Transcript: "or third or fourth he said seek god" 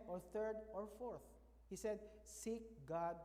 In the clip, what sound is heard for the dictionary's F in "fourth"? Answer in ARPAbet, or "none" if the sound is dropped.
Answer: F